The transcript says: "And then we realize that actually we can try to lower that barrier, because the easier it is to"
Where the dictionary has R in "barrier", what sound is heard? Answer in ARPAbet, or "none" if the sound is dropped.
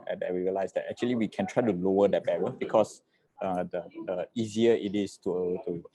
W